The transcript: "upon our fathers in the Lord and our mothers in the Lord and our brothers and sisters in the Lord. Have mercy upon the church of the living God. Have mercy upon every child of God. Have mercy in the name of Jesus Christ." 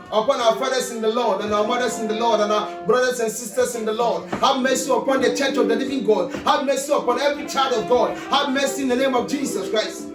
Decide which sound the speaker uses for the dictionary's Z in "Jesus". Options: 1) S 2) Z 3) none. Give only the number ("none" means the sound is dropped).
1